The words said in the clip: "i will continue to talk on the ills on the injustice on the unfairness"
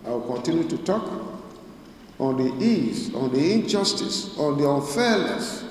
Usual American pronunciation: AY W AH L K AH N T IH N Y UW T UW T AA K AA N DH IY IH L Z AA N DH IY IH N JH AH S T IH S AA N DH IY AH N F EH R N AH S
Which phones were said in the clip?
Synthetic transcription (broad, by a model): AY W AH L K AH N T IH N Y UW T UW T AA K AA N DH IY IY Z AA N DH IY IH N JH AH S T IH S AA N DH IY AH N F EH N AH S